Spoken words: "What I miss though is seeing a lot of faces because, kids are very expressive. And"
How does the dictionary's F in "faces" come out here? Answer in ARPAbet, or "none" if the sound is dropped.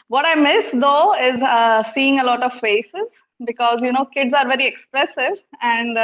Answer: F